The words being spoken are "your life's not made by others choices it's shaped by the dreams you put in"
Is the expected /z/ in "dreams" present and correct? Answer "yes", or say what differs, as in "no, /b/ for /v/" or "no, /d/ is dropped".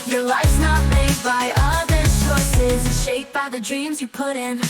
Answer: yes